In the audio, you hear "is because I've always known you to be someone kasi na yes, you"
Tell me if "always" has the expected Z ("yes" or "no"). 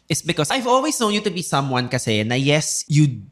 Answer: no